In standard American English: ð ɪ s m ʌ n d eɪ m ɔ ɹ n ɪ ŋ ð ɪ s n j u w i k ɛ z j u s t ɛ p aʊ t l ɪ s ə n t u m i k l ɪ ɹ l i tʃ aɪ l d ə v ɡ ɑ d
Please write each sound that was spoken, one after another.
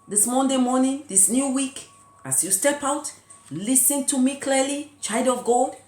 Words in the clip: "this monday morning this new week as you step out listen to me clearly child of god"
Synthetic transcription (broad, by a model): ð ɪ s m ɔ n d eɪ m ɔ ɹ n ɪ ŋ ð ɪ s n j u w i k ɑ s j u s t ɛ p aʊ t l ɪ s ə n t u m i k l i l i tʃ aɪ d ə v ɡ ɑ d